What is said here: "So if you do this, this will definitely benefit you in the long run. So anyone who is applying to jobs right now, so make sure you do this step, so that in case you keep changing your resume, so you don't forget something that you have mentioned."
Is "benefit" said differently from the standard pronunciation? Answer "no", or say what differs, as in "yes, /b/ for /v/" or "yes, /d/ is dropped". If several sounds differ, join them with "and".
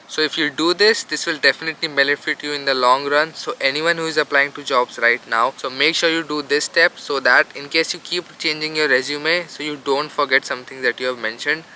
no